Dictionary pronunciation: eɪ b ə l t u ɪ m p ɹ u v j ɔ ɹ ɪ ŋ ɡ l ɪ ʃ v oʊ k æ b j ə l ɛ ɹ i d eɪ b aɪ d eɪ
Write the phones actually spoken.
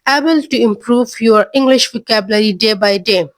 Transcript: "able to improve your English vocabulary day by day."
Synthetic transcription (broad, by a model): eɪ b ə l t u ɪ m p ɹ u v j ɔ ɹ ɪ ŋ ɡ l ɪ ʃ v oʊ k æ b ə l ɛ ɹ i d eɪ b aɪ d eɪ